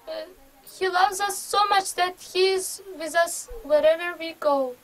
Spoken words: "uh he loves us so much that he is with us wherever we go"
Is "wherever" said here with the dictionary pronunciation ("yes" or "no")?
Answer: yes